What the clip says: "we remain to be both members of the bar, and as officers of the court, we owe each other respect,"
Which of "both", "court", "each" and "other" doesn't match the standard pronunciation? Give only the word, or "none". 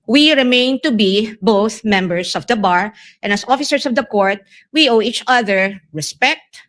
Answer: none